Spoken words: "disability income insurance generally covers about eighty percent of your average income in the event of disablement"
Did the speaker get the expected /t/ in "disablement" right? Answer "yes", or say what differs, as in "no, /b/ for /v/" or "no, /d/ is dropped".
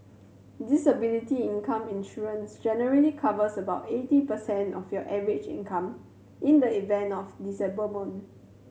no, /t/ is dropped